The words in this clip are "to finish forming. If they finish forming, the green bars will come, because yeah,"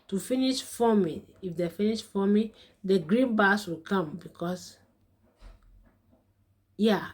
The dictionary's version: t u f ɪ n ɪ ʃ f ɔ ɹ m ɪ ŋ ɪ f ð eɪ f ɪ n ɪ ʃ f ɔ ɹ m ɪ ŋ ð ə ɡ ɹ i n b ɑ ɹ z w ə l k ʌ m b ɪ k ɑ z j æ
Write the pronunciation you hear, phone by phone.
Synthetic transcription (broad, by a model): t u f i n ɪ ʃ f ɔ m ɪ ɪ f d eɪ f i n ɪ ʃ f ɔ m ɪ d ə ɡ ɹ i n b ɑ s w ə l k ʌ m b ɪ k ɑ s j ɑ